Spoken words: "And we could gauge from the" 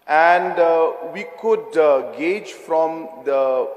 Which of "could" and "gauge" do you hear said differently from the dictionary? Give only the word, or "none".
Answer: none